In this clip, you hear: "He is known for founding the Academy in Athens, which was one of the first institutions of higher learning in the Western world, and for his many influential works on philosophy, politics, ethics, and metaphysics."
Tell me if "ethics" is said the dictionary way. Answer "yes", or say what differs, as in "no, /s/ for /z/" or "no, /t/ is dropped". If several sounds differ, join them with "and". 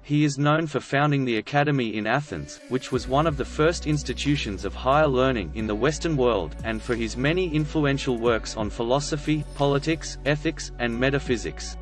yes